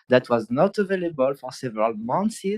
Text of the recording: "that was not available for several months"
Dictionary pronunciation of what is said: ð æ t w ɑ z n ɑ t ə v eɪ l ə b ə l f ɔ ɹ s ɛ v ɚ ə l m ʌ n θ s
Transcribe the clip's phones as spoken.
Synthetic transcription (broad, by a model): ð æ t w ɑ z n ɑ t ə v eɪ l ə b ə l f ɔ ɹ s ɛ v ɚ ə l m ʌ n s